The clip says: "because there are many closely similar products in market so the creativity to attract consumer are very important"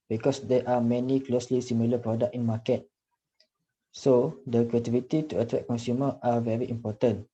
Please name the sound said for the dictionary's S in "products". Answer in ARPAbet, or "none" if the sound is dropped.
none